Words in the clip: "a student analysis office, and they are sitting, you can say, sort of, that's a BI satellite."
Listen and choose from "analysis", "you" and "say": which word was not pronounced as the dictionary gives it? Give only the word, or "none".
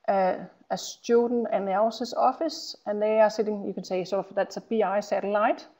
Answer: analysis